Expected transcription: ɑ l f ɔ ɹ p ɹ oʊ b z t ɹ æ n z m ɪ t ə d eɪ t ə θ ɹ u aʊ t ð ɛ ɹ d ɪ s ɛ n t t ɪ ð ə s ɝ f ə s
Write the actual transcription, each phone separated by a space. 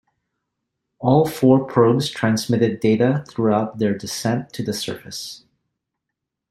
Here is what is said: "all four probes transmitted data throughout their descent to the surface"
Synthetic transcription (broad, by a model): ɑ l f ɔ ɹ p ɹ oʊ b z t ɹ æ n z m ɪ t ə d eɪ t ə θ ɹ u aʊ t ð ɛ ɹ d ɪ s ɛ n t t ɪ ð ə s ɝ f ə s